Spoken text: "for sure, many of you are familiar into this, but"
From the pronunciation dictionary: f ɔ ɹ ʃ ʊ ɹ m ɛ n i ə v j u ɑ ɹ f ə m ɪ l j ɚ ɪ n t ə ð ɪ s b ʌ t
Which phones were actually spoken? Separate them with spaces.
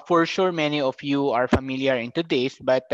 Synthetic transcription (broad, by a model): f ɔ ɹ ʃ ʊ ɹ m ɛ n i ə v j u ɑ ɹ f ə m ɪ l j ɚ ɪ n t ə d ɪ s b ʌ t